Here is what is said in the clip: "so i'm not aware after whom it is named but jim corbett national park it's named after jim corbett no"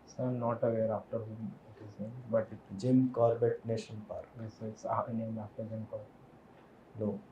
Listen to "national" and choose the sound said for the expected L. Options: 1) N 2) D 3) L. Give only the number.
1